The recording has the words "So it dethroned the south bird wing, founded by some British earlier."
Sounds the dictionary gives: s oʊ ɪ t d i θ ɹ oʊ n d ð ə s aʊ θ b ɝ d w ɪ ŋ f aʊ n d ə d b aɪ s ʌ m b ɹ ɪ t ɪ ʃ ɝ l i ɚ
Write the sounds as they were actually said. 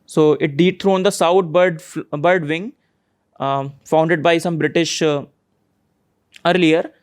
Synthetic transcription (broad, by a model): s oʊ ɪ t d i t ɹ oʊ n d ə s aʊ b b ɝ d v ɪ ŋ f aʊ n d ə d b aɪ s ʌ m b ɹ ɪ t ɪ ʃ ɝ l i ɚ